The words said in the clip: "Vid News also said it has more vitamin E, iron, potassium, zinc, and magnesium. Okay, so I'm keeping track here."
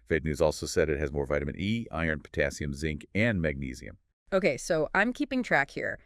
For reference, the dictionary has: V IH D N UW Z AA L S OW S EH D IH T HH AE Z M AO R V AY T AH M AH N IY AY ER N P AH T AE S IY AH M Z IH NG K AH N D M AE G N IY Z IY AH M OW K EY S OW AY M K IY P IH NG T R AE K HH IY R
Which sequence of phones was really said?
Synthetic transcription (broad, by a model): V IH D N UW Z AA L S OW S EH D IH T HH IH Z M AO R V AY T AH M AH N IY AY ER N P AH T AE S IY AH M Z IH NG K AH N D M AE G N IY Z IY AH M OW K EY S OW AY M K IY P IH NG T R AE K HH IY R